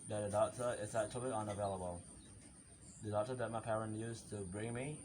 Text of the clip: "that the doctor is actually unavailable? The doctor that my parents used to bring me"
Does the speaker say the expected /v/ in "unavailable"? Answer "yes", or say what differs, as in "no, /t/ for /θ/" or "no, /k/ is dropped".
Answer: yes